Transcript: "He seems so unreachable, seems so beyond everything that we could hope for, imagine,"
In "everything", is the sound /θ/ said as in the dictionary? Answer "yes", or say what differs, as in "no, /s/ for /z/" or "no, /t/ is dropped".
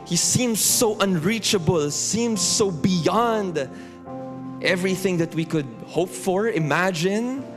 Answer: yes